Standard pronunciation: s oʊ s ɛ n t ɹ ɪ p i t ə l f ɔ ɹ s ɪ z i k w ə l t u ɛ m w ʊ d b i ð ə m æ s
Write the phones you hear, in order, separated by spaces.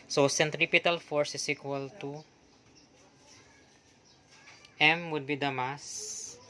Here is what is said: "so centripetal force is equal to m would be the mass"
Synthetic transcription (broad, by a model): s oʊ s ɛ n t ɹ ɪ p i t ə l f ɔ ɹ s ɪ s i k w ə l t u ɛ m w ʊ d b i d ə m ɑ s